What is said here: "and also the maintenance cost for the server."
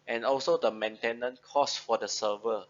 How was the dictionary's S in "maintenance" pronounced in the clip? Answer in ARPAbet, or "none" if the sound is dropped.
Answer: none